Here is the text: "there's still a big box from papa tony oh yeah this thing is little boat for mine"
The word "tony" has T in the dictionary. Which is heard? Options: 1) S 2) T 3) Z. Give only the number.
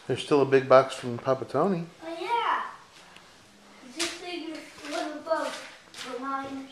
2